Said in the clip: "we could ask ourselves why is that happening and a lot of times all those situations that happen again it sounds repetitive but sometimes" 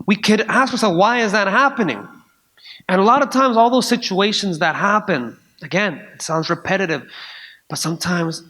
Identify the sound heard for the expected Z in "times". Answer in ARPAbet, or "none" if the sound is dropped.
Z